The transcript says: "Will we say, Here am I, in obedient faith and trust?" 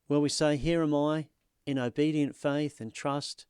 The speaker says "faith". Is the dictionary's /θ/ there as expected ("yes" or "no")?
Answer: yes